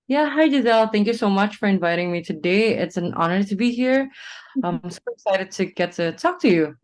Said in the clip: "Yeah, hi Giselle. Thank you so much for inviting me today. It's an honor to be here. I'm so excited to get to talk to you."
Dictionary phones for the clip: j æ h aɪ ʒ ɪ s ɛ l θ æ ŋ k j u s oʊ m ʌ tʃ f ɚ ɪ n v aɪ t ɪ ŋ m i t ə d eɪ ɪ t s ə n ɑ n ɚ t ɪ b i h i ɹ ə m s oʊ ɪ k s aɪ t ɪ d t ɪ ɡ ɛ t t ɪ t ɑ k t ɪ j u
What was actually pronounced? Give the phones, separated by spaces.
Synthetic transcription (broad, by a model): j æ h aɪ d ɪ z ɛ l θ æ ŋ k j u s oʊ m ʌ tʃ f ɚ ɪ n v aɪ t ɪ ŋ m i t ə d eɪ ɪ t s ə n ɑ n ɚ t ɪ b i h i ɹ ə m s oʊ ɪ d s aɪ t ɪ d t ɪ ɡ ɛ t t ɪ t ɑ k t ɪ j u